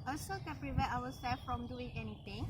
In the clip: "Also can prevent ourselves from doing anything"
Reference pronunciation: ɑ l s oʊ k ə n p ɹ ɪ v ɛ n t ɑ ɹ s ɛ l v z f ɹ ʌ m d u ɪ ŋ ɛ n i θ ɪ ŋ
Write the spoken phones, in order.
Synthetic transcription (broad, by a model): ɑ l s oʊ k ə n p ɹ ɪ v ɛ t ɑ w s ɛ l f ɹ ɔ m d u ɪ ŋ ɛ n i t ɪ ŋ